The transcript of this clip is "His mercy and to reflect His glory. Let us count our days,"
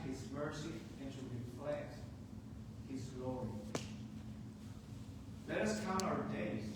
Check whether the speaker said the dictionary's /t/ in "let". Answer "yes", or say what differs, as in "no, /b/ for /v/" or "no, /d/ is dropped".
yes